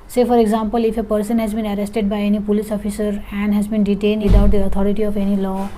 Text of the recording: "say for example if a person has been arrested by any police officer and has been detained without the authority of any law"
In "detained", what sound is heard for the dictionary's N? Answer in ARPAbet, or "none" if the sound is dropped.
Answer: N